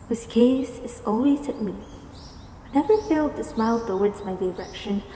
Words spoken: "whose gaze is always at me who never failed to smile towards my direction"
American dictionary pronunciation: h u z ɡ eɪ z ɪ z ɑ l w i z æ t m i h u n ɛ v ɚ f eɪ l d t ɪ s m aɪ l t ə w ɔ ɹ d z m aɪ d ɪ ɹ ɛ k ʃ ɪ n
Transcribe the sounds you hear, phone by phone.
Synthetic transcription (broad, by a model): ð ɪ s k eɪ s ɪ z ɑ l w i z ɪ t m i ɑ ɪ n ɛ v ɚ f eɪ l d t ɪ s m aɪ l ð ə w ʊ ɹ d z m aɪ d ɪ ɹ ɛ k ʃ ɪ n